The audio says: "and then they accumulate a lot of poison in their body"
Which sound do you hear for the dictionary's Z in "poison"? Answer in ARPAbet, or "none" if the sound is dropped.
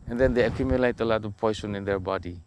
S